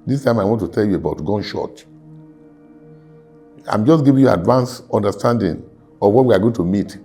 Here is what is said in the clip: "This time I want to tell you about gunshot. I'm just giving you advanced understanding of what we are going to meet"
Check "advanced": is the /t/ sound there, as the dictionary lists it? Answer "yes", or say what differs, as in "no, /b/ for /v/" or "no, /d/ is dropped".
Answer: no, /t/ is dropped